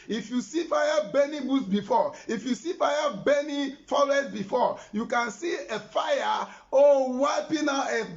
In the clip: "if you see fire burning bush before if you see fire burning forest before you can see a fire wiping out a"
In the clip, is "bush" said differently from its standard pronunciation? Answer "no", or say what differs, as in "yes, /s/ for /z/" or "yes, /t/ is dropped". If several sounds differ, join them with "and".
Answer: yes, /s/ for /ʃ/